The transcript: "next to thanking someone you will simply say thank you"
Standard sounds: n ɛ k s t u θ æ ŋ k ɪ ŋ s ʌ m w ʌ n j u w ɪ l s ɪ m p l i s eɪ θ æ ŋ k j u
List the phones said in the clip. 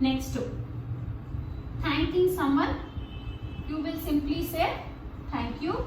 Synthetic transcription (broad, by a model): n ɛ k s t u t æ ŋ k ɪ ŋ s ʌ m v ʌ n j u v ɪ l s ɪ m p l i s eɪ t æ ŋ k j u